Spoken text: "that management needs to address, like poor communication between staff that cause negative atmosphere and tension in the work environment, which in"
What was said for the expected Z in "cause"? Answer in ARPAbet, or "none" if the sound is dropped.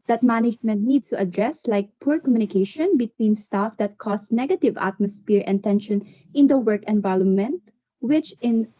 S